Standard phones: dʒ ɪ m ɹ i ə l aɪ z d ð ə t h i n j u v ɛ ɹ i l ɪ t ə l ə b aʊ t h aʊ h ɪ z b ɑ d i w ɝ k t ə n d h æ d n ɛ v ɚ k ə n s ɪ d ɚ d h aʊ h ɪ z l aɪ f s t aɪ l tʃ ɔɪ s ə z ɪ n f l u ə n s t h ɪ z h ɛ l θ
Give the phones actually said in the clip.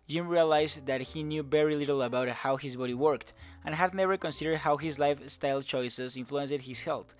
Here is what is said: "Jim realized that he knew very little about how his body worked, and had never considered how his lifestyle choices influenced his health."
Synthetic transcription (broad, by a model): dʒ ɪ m ɹ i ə l aɪ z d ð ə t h i n j u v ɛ ɹ i l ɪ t l ə b aʊ t h aʊ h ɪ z b ɑ d i w ɝ k t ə n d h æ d n ɛ v ɚ k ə n s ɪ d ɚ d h aʊ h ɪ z l aɪ f s t aɪ l tʃ ɔɪ s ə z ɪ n f l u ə n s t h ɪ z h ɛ l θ